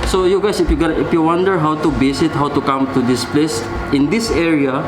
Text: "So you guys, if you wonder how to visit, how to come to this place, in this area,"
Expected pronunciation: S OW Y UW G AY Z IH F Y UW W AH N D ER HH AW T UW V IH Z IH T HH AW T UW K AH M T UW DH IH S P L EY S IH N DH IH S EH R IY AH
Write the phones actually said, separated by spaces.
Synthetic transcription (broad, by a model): S OW Y UW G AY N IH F Y UW W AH N D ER HH AW T UW B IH S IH T HH AW T UW K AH M T UW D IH S P L EY S IH N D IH S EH R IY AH